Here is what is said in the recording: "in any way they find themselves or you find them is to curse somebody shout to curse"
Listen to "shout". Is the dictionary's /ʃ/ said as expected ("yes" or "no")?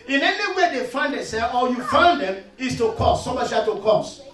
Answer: no